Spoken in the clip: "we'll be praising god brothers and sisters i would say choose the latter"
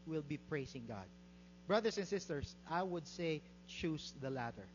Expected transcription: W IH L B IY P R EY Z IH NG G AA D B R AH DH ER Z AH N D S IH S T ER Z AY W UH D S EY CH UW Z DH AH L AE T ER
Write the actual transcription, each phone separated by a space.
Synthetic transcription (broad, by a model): W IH L B IY P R EY S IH NG G AA D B R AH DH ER S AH N S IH S T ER S AY W UH D S EY CH UW S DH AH L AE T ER